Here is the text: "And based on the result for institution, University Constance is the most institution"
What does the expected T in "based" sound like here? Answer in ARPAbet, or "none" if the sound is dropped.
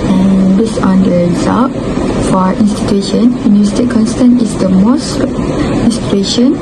none